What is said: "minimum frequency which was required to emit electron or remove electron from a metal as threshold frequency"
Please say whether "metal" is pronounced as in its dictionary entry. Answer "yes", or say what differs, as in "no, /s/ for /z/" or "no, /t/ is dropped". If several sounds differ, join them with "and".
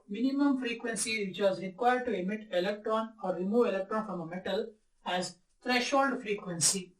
yes